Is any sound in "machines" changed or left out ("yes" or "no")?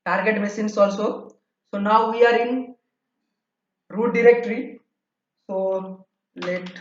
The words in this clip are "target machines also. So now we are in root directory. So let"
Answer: yes